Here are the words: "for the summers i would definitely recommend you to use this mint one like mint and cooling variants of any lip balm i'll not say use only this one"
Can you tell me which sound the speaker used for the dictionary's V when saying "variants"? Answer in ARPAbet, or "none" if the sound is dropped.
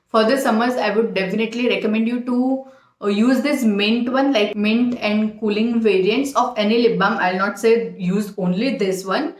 V